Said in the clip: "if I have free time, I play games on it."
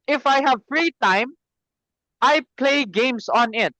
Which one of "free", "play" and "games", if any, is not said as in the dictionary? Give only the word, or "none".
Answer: games